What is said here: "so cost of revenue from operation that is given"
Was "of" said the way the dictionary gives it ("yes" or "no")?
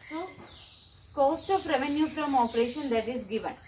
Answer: no